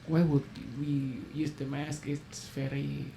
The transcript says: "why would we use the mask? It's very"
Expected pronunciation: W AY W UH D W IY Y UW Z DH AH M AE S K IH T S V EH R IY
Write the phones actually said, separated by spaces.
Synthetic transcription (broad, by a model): W AY W UH D W IY Y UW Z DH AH M AE S K IH T S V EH R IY